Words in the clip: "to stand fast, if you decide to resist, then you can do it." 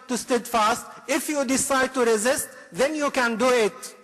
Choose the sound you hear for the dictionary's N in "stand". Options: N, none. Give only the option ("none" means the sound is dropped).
none